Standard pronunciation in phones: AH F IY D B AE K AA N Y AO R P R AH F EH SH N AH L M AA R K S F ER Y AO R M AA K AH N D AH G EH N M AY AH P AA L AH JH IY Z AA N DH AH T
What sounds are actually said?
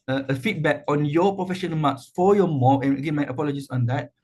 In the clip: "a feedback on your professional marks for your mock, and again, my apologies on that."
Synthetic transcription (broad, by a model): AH F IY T B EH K AA N Y AO P R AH F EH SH AH N M AA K S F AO Y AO M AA AH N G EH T M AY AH P AA L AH JH IY S AA N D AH T